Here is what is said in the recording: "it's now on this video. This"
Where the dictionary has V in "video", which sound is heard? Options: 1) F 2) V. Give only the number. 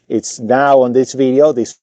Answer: 2